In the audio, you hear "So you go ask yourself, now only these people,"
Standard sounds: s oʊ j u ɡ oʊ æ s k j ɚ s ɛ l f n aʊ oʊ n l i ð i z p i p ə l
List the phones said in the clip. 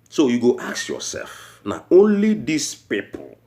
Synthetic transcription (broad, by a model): s oʊ j u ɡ oʊ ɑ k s j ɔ s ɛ l f n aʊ oʊ n l i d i s p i p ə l